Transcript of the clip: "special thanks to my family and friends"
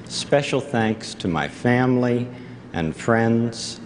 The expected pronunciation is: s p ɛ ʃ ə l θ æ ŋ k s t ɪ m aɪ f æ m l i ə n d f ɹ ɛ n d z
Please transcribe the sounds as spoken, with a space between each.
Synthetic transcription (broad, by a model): s p ɛ ʃ l θ æ ŋ k s t ɪ m aɪ f æ m l i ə n f ɹ ɛ n d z